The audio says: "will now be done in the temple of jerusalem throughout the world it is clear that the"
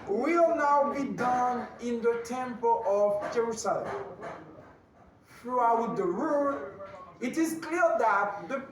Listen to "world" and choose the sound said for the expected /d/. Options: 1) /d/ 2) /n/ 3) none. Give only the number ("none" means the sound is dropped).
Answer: 3